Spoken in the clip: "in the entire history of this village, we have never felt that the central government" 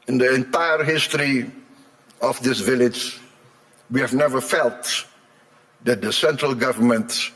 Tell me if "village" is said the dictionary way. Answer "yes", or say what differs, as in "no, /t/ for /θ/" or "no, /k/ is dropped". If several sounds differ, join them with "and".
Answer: yes